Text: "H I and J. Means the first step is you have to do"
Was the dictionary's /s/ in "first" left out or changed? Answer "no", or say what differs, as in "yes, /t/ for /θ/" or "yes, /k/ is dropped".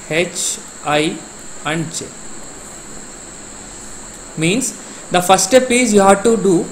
yes, /s/ is dropped